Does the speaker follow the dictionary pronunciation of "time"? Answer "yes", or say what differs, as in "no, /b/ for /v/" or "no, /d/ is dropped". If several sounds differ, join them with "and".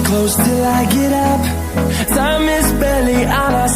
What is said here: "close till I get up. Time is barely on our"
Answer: no, /s/ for /t/